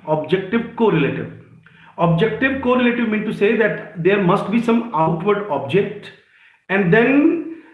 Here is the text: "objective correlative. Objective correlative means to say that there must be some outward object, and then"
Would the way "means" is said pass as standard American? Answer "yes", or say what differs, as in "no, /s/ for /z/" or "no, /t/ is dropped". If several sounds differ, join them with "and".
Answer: no, /z/ is dropped